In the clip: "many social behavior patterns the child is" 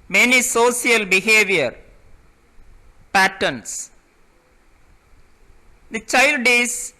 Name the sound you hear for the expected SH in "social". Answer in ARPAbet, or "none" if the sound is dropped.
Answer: S